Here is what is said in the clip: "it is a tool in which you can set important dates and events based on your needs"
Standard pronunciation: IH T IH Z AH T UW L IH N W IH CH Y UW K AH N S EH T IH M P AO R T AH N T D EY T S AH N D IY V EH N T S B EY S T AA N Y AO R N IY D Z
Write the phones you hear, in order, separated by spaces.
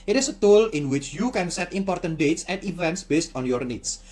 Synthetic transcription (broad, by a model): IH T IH S AH T UW L IH N W IH CH Y UW K AH N S EH T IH M P AO R T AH N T D EY T S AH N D IY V EH N T S B EY S T AA N Y AO R N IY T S